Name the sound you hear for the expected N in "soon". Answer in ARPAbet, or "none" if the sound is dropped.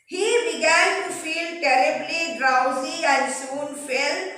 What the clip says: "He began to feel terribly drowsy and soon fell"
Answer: N